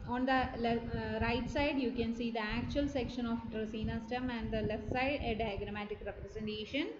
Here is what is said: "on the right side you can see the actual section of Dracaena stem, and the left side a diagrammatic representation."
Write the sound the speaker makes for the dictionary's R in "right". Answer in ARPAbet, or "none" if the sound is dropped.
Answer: R